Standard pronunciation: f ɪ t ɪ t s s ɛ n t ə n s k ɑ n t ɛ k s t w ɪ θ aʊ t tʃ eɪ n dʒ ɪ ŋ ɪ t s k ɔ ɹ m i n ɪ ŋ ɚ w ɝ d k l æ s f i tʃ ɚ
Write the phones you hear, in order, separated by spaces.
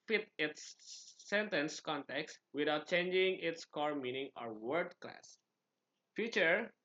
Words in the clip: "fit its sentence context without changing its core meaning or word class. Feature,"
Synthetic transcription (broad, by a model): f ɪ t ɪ t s s ɛ n t ə n s k ɑ n t ɛ k s t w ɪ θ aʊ t tʃ eɪ n dʒ ɪ ŋ ɪ t s k ɔ ɹ m i n ɪ ŋ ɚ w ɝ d k l æ s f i tʃ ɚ